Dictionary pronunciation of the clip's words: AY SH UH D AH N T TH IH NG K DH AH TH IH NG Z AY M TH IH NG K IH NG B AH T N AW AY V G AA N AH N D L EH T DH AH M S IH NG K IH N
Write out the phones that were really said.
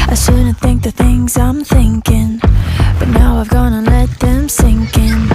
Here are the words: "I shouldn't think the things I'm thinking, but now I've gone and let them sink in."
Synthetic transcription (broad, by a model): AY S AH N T TH IH NG K DH AH TH IH NG Z AY M TH IH NG K IH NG B AH T N AW AY V G AA N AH L EH T DH AH M S IH NG K IH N